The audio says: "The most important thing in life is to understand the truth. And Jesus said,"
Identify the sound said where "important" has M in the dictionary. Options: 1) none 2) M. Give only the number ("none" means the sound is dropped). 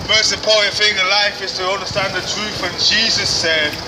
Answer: 1